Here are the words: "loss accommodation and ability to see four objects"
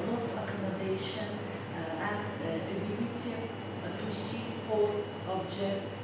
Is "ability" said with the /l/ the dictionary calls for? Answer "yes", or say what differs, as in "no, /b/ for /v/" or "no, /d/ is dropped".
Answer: no, /n/ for /l/